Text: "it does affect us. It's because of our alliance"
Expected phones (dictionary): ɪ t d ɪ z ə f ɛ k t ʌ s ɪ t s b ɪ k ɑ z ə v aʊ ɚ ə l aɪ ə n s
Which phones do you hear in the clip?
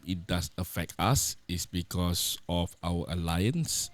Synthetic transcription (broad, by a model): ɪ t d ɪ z ə f ɛ k t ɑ s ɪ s b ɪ k ɑ s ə f aʊ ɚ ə l aɪ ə n s